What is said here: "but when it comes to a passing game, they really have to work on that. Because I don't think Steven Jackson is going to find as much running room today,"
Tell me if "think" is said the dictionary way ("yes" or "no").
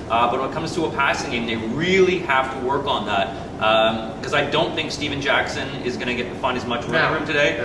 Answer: yes